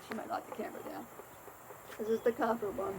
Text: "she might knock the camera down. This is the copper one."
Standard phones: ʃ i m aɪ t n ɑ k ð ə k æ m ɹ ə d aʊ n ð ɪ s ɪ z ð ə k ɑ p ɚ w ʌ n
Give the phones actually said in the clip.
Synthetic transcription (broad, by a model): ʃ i m aɪ t l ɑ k ð ə k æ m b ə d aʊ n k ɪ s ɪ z ð ə k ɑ f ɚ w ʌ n